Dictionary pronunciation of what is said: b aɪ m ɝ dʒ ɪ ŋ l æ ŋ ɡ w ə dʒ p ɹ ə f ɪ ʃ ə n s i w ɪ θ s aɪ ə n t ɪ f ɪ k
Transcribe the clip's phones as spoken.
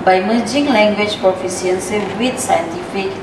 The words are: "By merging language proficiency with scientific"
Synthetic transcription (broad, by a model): b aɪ m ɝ dʒ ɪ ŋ l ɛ ŋ ɡ w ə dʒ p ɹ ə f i s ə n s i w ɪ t s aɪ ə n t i f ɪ k